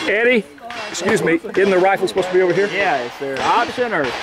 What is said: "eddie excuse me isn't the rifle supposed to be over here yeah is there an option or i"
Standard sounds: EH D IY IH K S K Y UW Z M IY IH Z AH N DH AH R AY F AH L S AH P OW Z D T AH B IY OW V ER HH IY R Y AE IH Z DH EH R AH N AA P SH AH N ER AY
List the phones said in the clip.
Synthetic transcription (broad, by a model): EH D IY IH K S K Y UW Z M IY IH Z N DH AH R AY F L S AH P OW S T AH B IY OW V ER HH IY R Y AE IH S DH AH R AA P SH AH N ER